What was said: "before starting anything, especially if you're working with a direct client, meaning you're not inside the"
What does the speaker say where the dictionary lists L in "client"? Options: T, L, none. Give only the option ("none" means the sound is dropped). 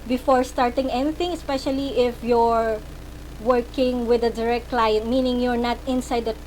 L